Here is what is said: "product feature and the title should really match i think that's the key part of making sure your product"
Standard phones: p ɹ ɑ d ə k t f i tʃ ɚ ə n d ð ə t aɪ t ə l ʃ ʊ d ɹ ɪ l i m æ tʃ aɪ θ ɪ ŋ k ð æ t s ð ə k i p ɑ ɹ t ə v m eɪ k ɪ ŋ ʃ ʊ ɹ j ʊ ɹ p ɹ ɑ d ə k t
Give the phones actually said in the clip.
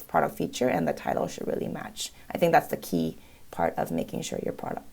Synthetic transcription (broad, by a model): p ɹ ɑ d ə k t f i tʃ ɚ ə n ð ə t aɪ t l ʃ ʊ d ɹ ɪ l i m æ tʃ aɪ θ ɪ ŋ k ð æ t s ð ə k i p ɑ ɹ t ə v m eɪ k ɪ ŋ ʃ ʊ ɹ j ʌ ɹ p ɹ ɑ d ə k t